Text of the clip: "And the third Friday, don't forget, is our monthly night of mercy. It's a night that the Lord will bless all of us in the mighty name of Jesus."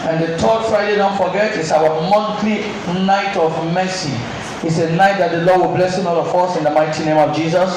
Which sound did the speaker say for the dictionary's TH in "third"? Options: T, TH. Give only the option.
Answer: T